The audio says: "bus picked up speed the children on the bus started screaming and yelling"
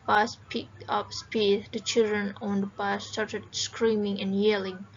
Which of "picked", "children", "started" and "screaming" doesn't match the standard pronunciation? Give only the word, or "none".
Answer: picked